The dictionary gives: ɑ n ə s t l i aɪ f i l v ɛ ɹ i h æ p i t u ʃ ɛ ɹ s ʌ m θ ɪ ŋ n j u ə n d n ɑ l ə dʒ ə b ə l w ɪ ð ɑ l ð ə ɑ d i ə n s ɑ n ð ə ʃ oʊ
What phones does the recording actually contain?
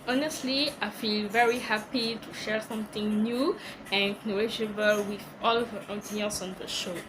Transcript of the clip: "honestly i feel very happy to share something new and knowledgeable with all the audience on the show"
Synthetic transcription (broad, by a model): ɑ n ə s t l i aɪ f i l v ɛ ɹ i h æ p i t u ʃ ɛ ɹ s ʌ m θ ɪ ŋ n j u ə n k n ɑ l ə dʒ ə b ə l w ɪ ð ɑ l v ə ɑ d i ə l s ɑ n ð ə ʃ oʊ